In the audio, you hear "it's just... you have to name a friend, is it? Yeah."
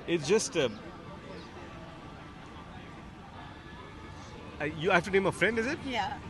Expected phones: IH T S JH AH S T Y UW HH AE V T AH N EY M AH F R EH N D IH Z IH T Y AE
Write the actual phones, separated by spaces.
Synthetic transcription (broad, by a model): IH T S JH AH S T Y UW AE F T AH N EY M AH F R EH N D IH Z IH T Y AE